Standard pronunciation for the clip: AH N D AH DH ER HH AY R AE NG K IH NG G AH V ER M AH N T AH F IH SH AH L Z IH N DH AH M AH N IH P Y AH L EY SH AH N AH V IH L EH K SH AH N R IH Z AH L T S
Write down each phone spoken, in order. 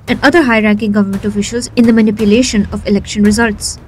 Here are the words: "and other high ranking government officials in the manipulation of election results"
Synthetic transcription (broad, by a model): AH N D AH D ER HH AY R AE NG K IH NG G AH V ER M AH N T AH F IH SH AH L Z IH N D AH M AH N IH P Y AH L EY SH AH N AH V IH L EH K SH AH N R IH Z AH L T S